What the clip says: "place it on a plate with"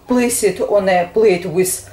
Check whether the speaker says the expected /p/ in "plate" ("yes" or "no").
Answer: no